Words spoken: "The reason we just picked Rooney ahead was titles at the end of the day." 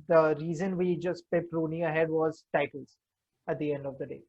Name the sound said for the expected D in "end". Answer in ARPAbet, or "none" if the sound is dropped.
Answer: D